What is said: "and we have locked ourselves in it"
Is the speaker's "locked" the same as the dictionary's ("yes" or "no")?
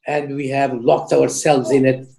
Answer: yes